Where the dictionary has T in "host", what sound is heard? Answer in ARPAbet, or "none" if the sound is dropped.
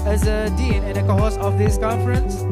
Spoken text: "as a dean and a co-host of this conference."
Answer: none